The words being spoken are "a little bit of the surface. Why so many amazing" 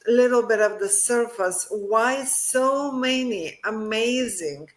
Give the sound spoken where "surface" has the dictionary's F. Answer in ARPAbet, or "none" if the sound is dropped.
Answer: F